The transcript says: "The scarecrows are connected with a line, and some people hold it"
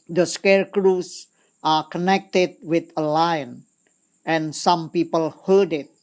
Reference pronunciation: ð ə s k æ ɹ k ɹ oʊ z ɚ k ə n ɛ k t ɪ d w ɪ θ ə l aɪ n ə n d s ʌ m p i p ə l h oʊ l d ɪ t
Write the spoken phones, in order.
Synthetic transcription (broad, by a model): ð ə s k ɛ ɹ k ɹ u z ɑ k ə n ɛ k t ɪ d w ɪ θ ə l aɪ n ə n s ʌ m p i p ə l h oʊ d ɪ t